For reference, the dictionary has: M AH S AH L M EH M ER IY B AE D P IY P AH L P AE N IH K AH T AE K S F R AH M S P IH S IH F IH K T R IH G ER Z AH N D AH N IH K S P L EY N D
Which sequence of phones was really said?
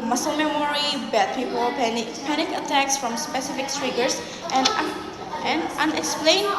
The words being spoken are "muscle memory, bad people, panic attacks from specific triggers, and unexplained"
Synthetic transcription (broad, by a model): M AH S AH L M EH M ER IY B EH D P IY P AH L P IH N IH K AH T AE K S F R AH M S P IH S IH F IH K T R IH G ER S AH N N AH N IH K S P L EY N